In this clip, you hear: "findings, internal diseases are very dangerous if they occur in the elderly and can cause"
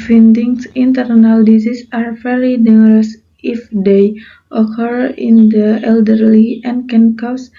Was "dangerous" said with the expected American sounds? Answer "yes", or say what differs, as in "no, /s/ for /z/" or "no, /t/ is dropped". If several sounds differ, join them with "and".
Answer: no, /dʒ/ is dropped